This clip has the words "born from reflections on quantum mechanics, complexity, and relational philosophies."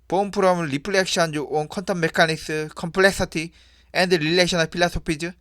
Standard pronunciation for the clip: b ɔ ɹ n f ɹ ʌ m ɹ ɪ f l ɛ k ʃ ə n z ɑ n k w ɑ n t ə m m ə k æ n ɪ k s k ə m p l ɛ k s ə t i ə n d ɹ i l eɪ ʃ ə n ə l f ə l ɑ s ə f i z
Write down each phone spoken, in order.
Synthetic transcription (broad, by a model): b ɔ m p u ɹ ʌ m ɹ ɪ p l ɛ k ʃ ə n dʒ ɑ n k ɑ n t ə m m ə k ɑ n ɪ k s k ə m p l ɛ k s ə t i ə n d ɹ i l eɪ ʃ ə n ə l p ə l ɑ s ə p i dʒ